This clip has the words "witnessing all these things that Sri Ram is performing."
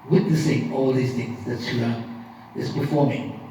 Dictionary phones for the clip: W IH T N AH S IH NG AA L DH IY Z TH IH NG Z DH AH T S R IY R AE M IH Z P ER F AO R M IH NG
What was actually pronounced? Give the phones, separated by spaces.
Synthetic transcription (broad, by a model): W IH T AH S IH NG AA L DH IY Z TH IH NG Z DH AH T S IY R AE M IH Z P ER F AO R M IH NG